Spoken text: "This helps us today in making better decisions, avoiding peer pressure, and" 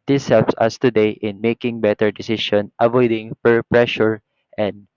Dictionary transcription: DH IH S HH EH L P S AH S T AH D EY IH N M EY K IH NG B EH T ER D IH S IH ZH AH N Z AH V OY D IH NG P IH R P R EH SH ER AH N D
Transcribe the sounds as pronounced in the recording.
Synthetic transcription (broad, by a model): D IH S HH EH L P S AH S T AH D EY IH N M EY K IH NG B EH T ER D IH S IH SH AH N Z AH V OY D IH NG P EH R P R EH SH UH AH N D